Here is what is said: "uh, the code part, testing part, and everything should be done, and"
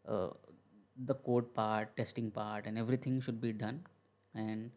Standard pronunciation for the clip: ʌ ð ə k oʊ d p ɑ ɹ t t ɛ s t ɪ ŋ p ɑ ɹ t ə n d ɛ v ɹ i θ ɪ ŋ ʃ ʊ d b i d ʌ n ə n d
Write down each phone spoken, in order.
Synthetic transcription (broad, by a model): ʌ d ə k oʊ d p ɑ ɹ t t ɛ s t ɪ ŋ p ɑ ɹ t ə n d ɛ v ɹ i t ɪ ŋ ʃ ʊ d b i d ʌ n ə n d